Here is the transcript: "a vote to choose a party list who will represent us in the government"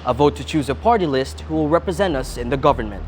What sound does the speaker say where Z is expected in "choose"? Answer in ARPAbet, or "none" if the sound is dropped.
Z